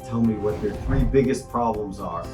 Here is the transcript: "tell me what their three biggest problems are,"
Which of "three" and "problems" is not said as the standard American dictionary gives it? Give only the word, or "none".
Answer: none